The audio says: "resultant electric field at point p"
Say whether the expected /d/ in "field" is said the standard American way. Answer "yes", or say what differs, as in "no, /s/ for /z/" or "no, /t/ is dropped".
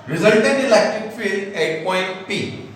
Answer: no, /d/ is dropped